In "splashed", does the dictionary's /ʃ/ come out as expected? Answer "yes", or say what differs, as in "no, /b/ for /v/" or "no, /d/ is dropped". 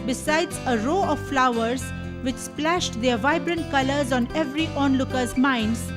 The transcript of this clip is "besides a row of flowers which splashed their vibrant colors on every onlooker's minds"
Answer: yes